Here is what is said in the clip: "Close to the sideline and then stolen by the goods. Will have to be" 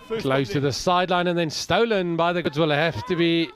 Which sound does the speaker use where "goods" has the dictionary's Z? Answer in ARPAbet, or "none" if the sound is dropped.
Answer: Z